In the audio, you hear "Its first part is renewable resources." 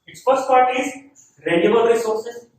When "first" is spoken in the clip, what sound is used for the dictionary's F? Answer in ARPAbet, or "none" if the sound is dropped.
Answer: P